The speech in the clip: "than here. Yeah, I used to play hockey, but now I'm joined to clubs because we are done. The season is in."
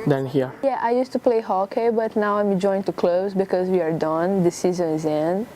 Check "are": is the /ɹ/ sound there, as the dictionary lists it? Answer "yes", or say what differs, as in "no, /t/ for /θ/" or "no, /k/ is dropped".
yes